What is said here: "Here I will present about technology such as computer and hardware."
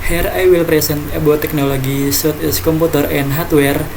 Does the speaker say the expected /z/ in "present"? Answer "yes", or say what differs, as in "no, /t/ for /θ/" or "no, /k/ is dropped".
no, /s/ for /z/